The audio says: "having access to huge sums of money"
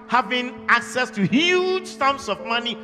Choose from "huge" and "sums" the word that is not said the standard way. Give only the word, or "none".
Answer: sums